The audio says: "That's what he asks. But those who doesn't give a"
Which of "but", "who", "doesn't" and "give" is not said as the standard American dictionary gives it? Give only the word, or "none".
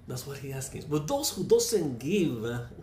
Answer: doesn't